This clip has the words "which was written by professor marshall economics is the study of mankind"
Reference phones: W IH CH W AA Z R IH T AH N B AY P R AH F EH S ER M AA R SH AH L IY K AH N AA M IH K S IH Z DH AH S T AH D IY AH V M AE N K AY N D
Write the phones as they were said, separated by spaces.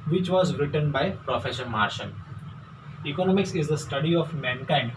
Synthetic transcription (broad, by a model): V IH CH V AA Z R IH T AH N B AY P R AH F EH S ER M AA R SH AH N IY K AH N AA M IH K S IH Z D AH S T AH D IY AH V M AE N K AY N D